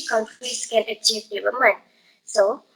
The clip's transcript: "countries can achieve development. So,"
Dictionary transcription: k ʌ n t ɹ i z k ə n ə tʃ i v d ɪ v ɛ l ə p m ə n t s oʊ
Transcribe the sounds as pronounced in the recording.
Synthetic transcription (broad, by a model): k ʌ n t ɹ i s k ə n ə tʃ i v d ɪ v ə m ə n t s oʊ